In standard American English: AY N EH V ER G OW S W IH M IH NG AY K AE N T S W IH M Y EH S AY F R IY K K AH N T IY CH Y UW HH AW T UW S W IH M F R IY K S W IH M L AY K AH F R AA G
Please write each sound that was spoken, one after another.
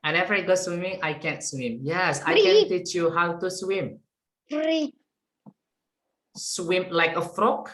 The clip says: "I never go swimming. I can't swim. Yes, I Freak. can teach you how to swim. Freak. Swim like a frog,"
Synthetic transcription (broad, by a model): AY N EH F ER G OW S W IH M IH NG AY K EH N T S W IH M Y EH S AY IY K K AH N T IY CH Y UW HH AW T UW S W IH M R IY S W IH M L AY K AH F R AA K